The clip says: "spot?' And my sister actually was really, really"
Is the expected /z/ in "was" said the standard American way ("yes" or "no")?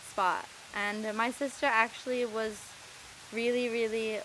yes